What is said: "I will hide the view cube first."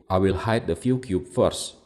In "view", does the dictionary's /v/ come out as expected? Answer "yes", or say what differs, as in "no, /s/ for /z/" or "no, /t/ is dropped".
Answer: no, /f/ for /v/